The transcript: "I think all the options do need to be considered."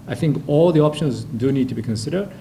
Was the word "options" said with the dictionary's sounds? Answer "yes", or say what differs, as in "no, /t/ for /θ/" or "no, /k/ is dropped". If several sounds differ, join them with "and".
yes